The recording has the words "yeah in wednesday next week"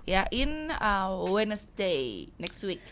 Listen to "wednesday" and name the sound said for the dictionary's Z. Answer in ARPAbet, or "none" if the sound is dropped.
S